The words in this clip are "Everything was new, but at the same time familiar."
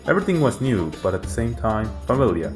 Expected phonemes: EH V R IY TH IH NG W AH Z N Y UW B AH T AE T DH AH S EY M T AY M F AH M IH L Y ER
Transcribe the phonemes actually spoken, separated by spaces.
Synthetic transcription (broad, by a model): EH V R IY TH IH NG W AH Z N Y UW B AH T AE T DH AH S EY M T AY M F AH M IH L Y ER